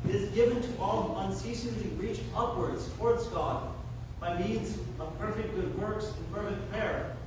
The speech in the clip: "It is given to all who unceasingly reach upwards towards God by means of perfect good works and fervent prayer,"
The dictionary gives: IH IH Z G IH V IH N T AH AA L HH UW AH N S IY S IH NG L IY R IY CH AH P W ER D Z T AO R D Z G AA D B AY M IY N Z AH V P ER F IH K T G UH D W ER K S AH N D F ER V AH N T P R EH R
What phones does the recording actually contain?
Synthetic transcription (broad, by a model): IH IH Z G IH V IH N T AH AA L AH N S IY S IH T L IY R IY CH AH P W ER D Z T AO R D Z G AA D B AY M IY N Z AH V P ER F IH K T G UH D W ER K S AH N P ER F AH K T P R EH R